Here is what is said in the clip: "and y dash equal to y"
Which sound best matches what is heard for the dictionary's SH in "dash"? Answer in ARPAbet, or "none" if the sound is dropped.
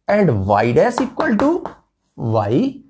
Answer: S